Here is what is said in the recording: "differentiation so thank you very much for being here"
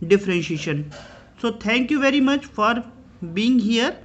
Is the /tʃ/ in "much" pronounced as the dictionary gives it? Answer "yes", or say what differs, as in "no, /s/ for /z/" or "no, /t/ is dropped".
yes